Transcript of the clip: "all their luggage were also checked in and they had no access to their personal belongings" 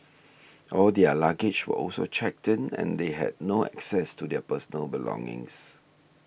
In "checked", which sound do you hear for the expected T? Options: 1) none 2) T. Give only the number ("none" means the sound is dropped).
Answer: 2